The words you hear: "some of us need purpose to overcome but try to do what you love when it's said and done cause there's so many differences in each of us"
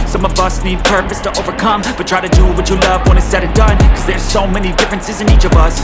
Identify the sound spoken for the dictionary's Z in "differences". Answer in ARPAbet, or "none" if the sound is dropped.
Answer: Z